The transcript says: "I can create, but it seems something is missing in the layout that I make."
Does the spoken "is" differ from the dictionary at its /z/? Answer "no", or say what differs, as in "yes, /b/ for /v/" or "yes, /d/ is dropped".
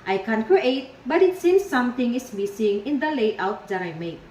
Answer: yes, /s/ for /z/